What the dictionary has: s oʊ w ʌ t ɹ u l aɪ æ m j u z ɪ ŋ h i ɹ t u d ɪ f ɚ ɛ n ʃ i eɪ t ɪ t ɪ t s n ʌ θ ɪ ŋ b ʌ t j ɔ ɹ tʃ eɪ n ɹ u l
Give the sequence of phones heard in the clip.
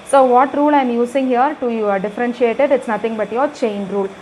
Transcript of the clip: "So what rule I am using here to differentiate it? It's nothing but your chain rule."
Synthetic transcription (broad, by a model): s oʊ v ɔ t ɹ u l aɪ m j u s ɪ ŋ h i ɹ t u d ɪ f ɚ ɛ n ʃ i eɪ t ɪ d ɪ t s n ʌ t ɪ ŋ b ʌ t j ɔ ɹ tʃ eɪ n ɹ u l